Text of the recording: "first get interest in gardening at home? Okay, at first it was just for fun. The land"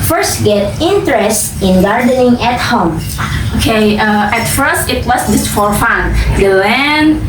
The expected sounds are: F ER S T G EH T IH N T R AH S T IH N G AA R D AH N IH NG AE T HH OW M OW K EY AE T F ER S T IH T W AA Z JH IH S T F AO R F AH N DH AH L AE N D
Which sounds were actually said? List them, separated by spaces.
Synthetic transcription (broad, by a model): F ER S T G EH T IH N T R AH S T IH N G AA R D AH N IH NG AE T HH OW M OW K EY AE T F ER S T IH T W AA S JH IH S F AO R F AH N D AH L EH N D